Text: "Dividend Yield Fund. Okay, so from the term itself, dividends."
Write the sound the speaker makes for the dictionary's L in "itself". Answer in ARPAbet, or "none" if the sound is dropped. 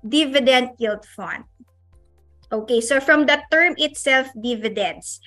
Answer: L